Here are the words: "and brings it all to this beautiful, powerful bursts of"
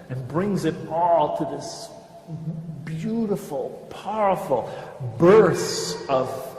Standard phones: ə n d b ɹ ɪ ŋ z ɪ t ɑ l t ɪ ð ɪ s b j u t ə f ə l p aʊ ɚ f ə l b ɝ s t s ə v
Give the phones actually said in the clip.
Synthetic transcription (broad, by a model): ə n b ɹ ɪ ŋ z ɪ t ɑ l t ɪ ð ɪ s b j u t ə f l p aʊ ɚ f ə l b ɝ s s ə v